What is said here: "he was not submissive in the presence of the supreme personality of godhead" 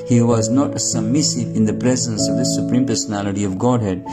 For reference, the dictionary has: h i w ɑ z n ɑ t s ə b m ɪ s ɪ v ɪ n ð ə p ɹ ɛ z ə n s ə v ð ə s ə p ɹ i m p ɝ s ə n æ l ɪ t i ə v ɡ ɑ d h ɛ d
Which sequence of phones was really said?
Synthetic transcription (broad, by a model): h i w ɑ z n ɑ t s ə b m ɪ s ɪ v ɪ n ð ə p ɹ ɛ z ə n s ə v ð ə s ə p ɹ i m p ɝ s ə n æ l ɪ t i ə v ɡ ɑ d h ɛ d